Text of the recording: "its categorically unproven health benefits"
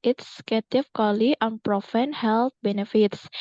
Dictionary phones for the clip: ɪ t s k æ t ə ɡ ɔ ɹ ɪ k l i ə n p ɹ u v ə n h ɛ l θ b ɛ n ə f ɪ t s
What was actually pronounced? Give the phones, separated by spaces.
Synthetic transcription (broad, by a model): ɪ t s k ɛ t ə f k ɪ l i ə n p ɹ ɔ f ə n h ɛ l t b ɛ n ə f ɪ t s